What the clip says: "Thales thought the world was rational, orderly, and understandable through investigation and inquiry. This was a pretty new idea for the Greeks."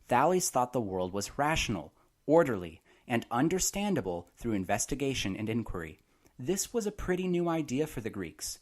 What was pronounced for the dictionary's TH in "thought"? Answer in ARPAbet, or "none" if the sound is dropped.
TH